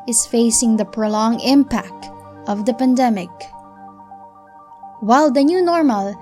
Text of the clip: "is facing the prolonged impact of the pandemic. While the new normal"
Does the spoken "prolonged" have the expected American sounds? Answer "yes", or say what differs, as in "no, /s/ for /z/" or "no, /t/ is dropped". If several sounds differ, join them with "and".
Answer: no, /d/ is dropped